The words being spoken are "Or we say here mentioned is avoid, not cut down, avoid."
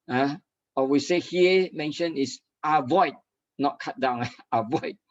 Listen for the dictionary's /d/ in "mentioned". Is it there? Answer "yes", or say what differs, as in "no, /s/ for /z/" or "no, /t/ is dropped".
no, /d/ is dropped